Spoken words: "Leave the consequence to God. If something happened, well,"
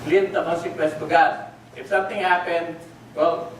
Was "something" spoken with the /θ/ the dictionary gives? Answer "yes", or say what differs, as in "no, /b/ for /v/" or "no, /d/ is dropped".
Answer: no, /t/ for /θ/